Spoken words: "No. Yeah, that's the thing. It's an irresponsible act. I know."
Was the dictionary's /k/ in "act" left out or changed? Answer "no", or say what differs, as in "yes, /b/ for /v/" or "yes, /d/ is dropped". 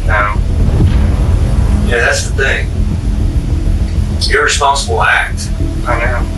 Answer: no